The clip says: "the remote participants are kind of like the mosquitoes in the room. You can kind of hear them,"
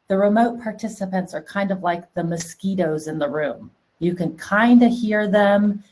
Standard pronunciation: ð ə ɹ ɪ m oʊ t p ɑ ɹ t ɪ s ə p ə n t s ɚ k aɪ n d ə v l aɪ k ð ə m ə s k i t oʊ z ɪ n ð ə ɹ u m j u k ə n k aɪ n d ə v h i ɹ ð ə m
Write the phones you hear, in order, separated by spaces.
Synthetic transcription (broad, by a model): ð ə ɹ ɪ m oʊ t p ɑ ɹ t ɪ s ə p ə n t s ɚ k aɪ n d ə v l aɪ k ð ə m ə s k i t oʊ z ɪ n ð ə ɹ u m j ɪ k ə n k aɪ n d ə h i ɹ ð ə m